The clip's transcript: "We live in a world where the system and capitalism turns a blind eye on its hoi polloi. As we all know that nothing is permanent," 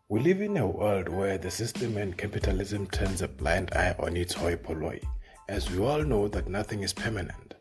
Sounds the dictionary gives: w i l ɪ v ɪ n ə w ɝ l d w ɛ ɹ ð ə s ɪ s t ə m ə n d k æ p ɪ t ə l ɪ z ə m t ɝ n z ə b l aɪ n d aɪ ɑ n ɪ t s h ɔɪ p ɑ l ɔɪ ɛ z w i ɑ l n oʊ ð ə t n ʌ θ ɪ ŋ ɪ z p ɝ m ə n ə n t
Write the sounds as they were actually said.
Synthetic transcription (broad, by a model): w i l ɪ v ɪ n ə w ɝ l d w ɛ ɹ ð ə s ɪ s t ə m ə n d k æ p ɪ t ə l ɪ z ə m t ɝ n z ə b l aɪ n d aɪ ɑ n ɪ t s h ɔɪ p ɑ l ɔɪ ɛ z w i ɑ l n oʊ ð ə t n ʌ θ ɪ ŋ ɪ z p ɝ m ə n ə n t